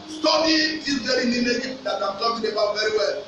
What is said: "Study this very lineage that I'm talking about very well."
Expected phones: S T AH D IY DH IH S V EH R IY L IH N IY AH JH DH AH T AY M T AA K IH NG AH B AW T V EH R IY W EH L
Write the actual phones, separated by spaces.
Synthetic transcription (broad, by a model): S T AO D IY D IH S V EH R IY N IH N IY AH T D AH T AY M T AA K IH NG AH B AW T V EH R IY W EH L